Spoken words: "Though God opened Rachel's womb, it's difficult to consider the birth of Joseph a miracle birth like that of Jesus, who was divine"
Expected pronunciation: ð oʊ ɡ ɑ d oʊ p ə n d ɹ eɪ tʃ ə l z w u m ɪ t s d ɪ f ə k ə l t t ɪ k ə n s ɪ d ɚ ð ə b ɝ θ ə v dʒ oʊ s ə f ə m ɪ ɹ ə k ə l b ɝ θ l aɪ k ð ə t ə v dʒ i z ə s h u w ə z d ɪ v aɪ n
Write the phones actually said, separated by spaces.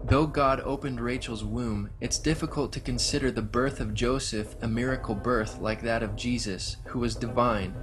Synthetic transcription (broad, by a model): ð oʊ ɡ ɑ d oʊ p ə n d ɹ eɪ tʃ l z w u m ɪ t s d ɪ f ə k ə l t t ɪ k ə n s ɪ d ɚ ð ə b ɝ θ ə v dʒ oʊ s ə f ə m ɪ ɹ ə k l b ɝ θ l aɪ k ð ə t ə v dʒ i z ə s h u w ə z d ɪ v aɪ n